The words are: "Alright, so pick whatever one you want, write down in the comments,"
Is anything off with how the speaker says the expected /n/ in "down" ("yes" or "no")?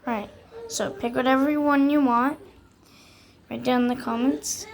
yes